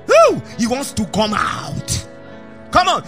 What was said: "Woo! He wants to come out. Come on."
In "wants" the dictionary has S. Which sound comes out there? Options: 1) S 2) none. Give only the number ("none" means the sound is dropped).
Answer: 1